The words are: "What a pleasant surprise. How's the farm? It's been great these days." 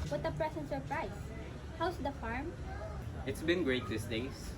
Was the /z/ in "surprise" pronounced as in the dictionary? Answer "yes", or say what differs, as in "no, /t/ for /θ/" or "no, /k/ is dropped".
no, /s/ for /z/